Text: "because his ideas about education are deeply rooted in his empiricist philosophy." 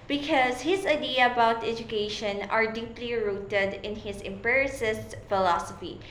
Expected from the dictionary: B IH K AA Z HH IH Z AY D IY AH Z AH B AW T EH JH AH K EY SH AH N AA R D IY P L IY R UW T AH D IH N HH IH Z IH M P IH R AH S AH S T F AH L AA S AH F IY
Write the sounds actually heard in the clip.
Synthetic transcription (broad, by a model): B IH K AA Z HH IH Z AY D IY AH AH B AW T EH JH AH K EY SH AH N AA R D IY P L IY R UW T AH D IH N HH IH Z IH M P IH R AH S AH S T F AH L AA S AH F IY